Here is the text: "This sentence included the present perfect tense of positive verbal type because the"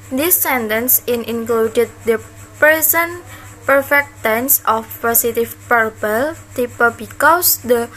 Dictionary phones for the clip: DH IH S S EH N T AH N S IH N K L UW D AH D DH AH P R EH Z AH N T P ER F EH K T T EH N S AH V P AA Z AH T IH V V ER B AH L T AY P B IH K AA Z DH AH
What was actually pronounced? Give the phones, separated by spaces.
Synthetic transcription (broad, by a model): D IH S S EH N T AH N S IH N K L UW D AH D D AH P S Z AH N P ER F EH K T T EH N S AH F P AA S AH T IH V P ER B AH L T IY P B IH K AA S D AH